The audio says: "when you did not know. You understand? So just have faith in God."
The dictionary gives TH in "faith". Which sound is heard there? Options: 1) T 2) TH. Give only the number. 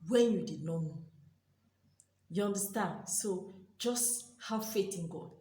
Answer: 1